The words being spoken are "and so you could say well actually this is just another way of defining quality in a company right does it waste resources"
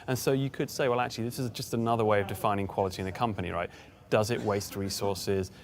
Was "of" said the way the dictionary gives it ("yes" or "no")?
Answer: yes